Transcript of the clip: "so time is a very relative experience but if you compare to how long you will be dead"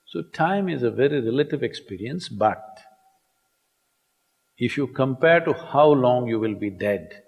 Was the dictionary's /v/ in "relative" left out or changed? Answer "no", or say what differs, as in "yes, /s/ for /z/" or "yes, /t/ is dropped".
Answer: no